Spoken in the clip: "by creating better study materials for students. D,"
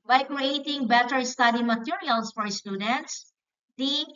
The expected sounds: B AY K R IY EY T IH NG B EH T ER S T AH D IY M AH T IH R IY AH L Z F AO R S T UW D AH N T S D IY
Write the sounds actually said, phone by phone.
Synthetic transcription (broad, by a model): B AY K R IY EY T IH NG B EH T ER S T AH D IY M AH T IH R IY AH L S F AO R S T UW D AH N T S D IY